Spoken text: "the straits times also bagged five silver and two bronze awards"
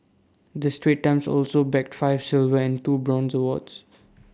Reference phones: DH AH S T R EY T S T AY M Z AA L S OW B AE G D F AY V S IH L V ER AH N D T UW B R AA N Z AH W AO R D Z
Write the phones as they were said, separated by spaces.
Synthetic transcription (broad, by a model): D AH S T R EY T T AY M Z AA L S OW B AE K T F AY V S IH L V ER AH N D T UW B R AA N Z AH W AO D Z